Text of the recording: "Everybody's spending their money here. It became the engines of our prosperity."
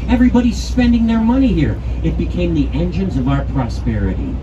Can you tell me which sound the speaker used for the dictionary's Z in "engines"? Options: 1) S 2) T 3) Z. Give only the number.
3